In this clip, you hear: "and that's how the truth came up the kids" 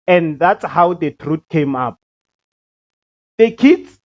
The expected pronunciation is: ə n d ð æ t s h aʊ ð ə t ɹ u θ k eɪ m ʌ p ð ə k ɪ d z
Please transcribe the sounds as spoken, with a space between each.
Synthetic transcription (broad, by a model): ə n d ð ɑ t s h aʊ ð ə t ɹ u t k eɪ m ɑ p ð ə k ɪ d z